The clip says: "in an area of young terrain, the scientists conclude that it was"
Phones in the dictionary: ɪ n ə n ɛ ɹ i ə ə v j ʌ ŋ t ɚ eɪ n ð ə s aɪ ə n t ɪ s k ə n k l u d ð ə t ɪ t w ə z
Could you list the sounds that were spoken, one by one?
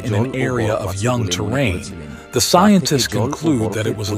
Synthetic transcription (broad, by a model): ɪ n ə n ɛ ɹ i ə ə v j ʌ ŋ t ɚ eɪ n ð ə s aɪ ə n t ɪ s k ə n k l u d ð ə t ɪ t w ə z